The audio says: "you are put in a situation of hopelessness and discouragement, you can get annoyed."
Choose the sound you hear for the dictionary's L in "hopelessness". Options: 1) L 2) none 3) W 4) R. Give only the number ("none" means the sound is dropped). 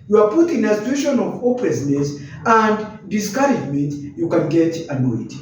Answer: 2